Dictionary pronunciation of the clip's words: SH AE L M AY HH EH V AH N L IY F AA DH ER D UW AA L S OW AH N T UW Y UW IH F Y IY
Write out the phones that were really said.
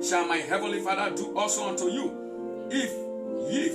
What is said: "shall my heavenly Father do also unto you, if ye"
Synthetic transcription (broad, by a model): SH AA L M AY HH EH V AH N L IY F AA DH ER D UW AA L S OW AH N T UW Y UW IH F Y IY